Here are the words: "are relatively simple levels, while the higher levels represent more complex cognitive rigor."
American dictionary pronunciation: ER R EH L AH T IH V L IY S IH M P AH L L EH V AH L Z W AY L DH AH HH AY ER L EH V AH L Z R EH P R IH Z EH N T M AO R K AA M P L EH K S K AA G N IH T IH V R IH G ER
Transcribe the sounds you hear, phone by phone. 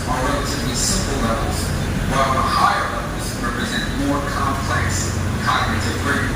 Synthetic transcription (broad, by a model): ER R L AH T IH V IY S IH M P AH L L EH V L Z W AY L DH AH HH AY ER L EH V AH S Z R EH P R IH Z EH N T M AO R K AA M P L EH K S K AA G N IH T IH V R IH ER